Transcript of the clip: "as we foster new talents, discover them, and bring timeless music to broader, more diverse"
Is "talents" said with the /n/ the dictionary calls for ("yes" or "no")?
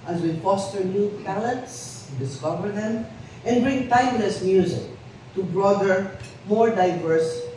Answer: no